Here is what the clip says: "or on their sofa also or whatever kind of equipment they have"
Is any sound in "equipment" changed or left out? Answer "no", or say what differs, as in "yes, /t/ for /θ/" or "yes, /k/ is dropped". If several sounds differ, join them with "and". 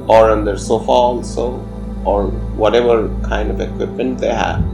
no